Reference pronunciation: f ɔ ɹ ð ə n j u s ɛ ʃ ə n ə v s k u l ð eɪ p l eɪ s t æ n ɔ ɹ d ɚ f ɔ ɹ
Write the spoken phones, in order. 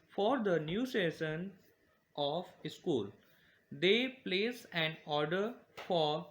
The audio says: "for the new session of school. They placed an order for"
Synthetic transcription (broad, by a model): f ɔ ɹ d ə n j u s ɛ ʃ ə n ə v s k u l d eɪ p l eɪ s æ n ɔ ɹ d ɚ f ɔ ɹ